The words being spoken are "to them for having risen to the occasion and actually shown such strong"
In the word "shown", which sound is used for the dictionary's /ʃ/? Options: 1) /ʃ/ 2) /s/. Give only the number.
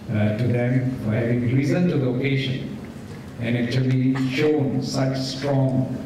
1